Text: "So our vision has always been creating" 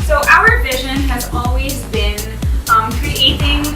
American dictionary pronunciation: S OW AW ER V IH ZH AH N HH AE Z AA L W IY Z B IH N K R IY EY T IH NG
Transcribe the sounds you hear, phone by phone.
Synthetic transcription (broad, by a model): S OW AW ER V IH ZH AH N HH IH Z AA L W IY Z B IH N K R IY EY T IH NG